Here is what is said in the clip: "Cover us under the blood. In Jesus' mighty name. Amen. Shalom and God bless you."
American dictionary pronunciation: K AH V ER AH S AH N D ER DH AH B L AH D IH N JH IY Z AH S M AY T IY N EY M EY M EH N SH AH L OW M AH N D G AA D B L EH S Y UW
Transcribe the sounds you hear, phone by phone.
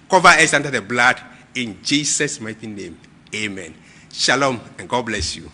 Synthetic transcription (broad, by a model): K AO V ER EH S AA N D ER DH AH B L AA D IH N JH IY S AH S M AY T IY N EY M EY M EH N SH AH L OW M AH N G AA D B L EH S Y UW